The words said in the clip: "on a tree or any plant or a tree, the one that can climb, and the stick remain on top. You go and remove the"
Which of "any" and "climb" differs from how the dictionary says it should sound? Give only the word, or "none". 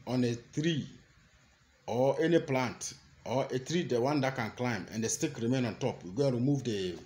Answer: none